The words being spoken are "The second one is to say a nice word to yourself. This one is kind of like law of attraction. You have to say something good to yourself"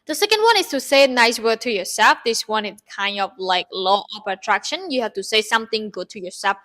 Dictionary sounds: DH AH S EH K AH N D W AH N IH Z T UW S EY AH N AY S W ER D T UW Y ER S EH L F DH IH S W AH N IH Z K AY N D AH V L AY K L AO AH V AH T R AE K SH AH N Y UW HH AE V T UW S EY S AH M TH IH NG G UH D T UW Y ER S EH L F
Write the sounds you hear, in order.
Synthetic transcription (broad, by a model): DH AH S EH K AH N D W AH N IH S T UW S EY AH N AY S W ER D T UW Y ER S EH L F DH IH S W AH N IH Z K AY N D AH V L AY K L AO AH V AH T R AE K SH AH N Y UW HH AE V T UW S EY S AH M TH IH NG G UH D T UW Y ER S EH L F